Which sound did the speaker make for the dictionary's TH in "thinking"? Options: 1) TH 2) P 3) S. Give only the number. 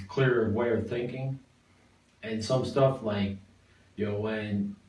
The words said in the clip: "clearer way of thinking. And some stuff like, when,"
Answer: 1